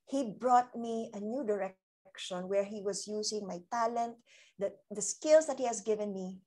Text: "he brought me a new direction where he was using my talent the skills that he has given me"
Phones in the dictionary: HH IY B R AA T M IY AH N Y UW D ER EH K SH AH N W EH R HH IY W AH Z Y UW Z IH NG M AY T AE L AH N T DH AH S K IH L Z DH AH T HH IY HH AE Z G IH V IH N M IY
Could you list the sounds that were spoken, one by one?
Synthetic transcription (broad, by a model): HH IY B R AA T M IY AH N Y UW D ER EH K SH AH N W EH R HH IY W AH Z Y UW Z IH NG M AY T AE L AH N T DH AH S K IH L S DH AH T HH IY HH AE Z G IH V IH N M IY